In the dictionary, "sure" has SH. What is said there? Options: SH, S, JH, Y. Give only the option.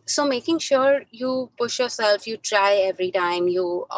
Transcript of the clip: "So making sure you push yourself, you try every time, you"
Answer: SH